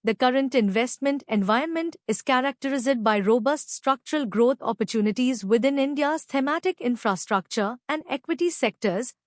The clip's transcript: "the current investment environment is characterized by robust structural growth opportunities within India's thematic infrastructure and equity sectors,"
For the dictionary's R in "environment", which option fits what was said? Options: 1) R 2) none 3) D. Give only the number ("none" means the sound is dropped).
2